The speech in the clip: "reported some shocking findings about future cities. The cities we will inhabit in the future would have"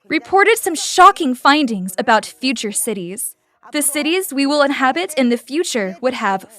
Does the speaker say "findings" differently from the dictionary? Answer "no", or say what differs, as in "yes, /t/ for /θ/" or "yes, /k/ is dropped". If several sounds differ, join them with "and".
no